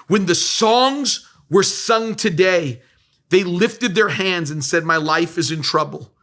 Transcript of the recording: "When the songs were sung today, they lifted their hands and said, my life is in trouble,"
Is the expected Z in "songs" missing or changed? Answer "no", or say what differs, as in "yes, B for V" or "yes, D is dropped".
no